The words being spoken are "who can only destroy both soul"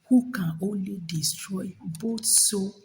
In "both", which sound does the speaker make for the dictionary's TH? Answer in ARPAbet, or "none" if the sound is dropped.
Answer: T